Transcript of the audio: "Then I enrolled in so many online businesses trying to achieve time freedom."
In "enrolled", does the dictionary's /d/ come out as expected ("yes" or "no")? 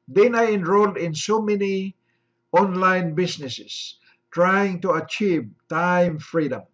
yes